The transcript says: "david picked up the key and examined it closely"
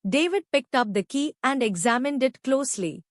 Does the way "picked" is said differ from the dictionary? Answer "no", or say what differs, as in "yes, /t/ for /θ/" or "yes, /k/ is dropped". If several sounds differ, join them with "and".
no